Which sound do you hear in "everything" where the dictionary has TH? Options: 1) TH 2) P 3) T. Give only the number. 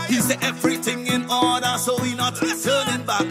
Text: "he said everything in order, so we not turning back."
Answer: 1